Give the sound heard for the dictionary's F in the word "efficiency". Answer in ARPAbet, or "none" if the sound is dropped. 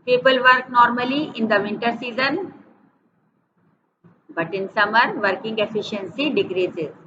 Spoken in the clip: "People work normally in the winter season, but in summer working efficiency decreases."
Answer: F